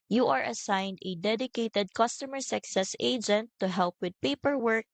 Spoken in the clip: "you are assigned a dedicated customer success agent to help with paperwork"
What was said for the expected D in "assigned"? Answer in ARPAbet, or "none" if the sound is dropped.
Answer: D